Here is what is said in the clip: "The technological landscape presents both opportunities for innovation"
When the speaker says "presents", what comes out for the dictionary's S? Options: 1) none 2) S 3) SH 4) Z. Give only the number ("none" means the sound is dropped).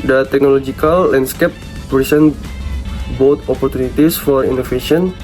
1